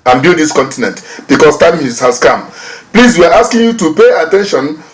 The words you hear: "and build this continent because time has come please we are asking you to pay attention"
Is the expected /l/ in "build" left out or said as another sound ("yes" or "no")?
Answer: yes